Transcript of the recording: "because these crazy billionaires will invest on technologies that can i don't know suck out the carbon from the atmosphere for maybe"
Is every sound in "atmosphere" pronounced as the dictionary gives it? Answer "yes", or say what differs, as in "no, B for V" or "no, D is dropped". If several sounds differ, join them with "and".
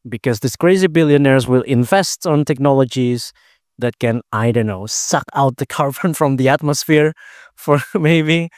yes